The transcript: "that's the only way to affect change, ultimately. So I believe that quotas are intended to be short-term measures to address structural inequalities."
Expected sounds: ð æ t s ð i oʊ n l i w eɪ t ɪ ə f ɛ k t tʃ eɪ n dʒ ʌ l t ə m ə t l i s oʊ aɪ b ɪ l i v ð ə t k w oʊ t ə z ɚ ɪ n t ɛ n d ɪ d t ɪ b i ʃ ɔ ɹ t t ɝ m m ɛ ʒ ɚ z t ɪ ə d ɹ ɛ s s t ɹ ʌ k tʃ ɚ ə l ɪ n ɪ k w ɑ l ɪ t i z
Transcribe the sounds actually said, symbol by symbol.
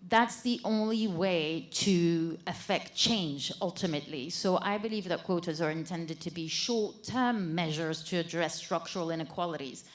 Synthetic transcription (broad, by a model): ð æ t s ð i oʊ n l i w eɪ t ɪ ə f ɛ k t tʃ eɪ n dʒ ʌ l t ə m ə t l i s oʊ aɪ b ɪ l i v ð ə t k w oʊ t ə z ɚ ɪ n t ɛ n d ɪ d t ɪ b i ʃ ɔ ɹ t t ɝ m m ɛ ʒ ɚ z t ɪ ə d ɹ ɛ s s t ɹ ʌ k tʃ ɚ ə l ɪ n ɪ k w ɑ l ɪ t i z